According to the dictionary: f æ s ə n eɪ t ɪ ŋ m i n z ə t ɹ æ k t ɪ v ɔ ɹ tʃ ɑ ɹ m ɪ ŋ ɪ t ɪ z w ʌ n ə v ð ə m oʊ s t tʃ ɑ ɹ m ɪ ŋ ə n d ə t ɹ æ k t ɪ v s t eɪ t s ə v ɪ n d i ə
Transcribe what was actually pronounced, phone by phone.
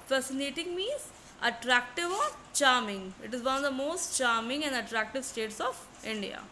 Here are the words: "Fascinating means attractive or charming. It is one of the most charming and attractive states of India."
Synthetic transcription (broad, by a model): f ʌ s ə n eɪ t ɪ ŋ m i z ə t ɹ æ k t ɪ v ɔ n tʃ ɑ ɹ m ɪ ŋ ɪ t ɪ z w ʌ n ə v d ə m oʊ s t tʃ ɑ ɹ m ɪ ŋ ə n d ə t ɹ æ k t ɪ v s t eɪ t s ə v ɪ n d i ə